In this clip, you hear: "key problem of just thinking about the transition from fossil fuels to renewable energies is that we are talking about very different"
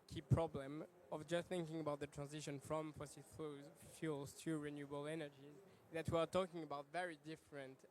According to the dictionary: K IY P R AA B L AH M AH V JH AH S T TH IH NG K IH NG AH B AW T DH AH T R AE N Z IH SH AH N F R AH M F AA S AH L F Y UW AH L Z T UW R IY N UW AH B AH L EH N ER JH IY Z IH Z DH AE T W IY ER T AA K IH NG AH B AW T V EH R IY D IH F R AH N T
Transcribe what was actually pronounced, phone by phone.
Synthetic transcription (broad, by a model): K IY P R AA B L AH M AH V JH AH S T TH IH NG K IH NG AH B AW T DH AH T R AE N Z IH SH AH N F R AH M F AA S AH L F Y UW L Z T UW R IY N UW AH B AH L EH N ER JH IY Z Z DH AE T W IY ER T AA K IH NG AH B AW T V EH R IY D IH F R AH N T